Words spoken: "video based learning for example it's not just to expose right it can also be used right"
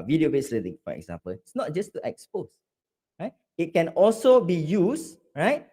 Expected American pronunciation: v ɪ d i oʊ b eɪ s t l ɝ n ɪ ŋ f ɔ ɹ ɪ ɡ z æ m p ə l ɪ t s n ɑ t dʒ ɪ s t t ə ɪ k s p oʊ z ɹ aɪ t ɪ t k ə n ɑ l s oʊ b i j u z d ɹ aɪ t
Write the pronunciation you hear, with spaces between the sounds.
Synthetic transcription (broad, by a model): v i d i oʊ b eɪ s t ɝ l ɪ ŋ f ɔ ɹ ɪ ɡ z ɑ m p ə l ɪ t s n ɑ t dʒ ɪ s t t ə k s p oʊ s ɹ aɪ t ɪ t k ə n ɑ l s oʊ b i j u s ɹ aɪ t